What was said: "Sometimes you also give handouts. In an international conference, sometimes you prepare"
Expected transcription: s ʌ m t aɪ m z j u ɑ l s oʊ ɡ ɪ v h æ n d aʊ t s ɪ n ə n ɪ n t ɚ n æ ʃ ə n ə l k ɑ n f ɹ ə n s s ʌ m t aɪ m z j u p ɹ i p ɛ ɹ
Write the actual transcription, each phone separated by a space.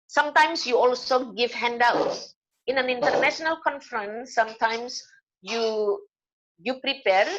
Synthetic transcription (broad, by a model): s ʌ m t aɪ m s j u ɑ l s oʊ ɡ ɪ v h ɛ n d aʊ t ɪ n ə n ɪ n t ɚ n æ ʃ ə n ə l k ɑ n f ɹ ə n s s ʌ m t aɪ m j j u p ɹ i p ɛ ɹ